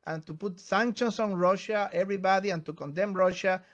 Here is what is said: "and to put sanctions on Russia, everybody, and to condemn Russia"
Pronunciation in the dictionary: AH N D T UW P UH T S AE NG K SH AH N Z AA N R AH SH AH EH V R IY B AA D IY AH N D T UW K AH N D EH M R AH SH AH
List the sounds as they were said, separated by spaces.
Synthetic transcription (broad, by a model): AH N T UW P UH T S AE NG K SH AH N S AA N R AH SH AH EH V R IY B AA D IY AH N T UW K AH N D EH M R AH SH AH